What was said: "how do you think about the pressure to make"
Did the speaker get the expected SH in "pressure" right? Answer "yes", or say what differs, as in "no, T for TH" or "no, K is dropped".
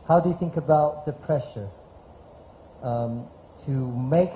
yes